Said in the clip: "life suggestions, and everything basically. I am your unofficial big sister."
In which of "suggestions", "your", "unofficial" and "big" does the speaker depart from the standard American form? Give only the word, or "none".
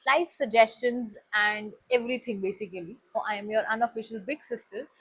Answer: none